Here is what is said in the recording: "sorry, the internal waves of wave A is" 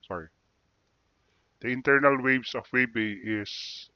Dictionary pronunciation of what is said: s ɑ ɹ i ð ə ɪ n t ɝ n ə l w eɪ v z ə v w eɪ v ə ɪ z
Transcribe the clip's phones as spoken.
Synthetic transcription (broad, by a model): s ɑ ɹ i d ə ɪ n t ɝ n ə l w eɪ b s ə f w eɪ b ə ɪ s